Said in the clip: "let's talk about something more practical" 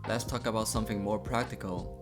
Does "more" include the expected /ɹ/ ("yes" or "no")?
yes